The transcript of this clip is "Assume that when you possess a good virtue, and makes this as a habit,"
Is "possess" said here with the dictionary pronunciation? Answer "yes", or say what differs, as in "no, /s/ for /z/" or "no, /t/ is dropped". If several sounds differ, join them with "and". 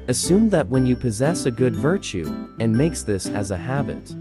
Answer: yes